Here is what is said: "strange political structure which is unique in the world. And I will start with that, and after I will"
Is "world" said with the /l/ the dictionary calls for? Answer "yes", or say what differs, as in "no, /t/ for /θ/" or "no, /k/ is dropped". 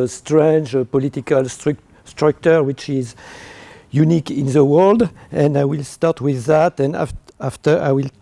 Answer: yes